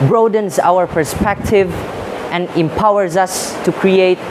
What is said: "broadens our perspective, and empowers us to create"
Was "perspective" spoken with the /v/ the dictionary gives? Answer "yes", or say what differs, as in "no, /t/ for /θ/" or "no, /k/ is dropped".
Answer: yes